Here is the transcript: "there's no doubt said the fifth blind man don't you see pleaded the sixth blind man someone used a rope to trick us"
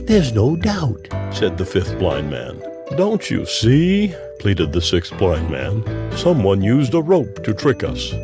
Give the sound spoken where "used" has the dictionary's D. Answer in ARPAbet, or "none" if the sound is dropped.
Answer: D